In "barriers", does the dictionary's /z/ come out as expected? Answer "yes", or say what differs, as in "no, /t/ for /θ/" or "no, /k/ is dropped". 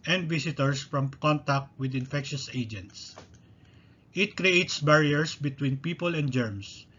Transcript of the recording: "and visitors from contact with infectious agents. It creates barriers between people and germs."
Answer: no, /s/ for /z/